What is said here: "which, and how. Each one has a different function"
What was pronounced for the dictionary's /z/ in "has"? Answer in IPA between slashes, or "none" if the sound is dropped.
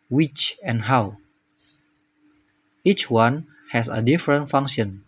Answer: /s/